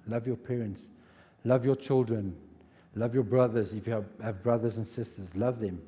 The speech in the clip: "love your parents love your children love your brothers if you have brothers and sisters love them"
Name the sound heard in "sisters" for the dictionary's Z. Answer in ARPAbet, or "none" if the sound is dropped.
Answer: Z